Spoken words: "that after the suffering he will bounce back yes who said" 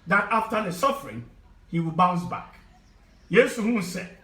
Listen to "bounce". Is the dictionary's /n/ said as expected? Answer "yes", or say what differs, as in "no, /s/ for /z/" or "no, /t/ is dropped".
yes